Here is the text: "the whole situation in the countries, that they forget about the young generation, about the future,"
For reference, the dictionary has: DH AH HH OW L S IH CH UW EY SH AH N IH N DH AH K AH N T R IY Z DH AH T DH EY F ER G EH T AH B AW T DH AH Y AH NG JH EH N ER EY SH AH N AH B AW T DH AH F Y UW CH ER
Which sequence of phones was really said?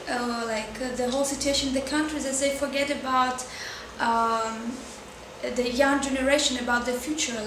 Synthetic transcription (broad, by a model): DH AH HH OW L S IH CH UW EY AH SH IH N DH AH K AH N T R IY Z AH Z DH EY F ER G EH T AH B AW T DH AH Y AH NG JH EH N ER EY SH AH N AH B AW T DH AH F Y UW CH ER